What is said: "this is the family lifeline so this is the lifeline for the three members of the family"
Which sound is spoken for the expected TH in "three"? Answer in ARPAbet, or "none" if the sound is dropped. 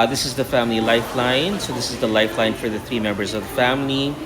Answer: TH